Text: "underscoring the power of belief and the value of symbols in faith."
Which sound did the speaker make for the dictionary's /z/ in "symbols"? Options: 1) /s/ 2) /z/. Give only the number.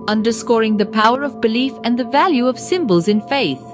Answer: 2